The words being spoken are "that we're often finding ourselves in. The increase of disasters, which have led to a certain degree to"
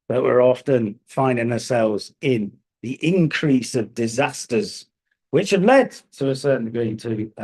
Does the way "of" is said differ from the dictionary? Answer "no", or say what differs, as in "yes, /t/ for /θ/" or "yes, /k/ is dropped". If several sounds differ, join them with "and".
no